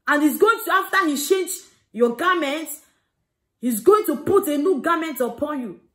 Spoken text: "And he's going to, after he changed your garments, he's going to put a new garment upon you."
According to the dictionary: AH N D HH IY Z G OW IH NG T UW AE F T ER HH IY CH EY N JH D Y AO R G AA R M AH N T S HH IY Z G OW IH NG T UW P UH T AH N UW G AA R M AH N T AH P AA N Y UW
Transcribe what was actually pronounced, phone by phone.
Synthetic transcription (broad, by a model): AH N HH IY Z G OW IH NG T UW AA F T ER HH IY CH EY N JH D Y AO G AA M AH N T HH IY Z G OW IH NG T UW P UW T AH N UW G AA M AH N T AH P AA N Y UW